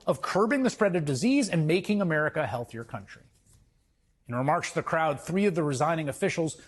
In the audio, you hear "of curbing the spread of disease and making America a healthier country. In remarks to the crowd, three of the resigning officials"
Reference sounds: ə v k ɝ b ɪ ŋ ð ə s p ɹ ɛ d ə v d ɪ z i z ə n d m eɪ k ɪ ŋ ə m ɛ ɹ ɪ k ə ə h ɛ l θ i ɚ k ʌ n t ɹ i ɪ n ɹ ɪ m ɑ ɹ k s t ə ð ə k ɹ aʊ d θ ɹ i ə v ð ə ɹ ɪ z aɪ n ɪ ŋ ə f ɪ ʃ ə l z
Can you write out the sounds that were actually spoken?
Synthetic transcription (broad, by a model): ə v k ɝ b ɪ ŋ ð ə s p ɹ ɛ d ə v d ɪ z i z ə n m eɪ k ɪ ŋ ə m ɛ ɹ ɪ k ə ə h ɛ l θ i ɚ k ʌ n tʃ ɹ i ɪ n ɹ ɪ m ɑ ɹ k s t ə ð ə k ɹ aʊ d θ ɹ i ə v ð ə ɹ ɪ z aɪ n ɪ ŋ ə f ɪ ʃ l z